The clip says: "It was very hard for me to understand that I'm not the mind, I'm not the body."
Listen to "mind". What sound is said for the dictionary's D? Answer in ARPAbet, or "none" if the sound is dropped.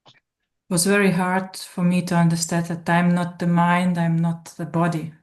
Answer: D